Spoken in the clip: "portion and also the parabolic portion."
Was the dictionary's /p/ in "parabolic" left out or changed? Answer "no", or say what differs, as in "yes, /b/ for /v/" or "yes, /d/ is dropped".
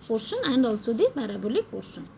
yes, /b/ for /p/